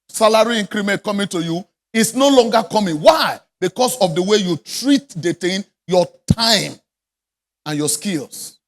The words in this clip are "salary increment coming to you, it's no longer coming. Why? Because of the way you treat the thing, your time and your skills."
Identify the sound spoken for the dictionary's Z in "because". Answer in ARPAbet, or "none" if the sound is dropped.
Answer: S